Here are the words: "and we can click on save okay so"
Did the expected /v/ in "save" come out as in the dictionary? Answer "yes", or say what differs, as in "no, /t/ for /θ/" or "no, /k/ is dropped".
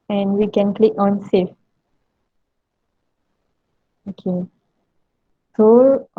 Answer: no, /f/ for /v/